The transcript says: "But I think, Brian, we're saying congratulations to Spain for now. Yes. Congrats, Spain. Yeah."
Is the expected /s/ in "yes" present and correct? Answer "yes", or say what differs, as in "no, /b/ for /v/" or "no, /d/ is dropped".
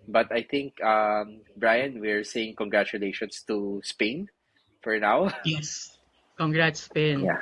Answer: yes